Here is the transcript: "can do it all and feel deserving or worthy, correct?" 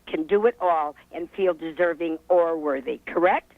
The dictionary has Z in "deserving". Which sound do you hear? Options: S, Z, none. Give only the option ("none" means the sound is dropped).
Z